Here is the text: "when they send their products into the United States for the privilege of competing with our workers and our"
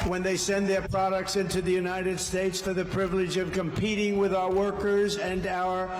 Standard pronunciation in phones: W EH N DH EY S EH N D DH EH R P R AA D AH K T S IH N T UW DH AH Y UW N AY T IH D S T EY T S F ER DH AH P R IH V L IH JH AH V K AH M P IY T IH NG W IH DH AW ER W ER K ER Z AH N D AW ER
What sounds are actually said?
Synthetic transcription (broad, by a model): W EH N DH EY S EH N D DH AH R P R AA D AH K T S IH N T UW DH AH Y UW N AY T IH D S T EY T S F ER DH AH P R IH V L IH JH AH V K AH M P IY T IH NG W IH DH AW ER W ER K ER Z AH N AW ER